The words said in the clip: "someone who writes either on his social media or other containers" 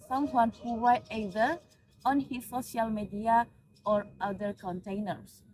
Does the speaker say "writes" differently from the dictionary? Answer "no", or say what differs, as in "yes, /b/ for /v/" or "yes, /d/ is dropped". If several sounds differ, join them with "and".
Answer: yes, /w/ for /ɹ/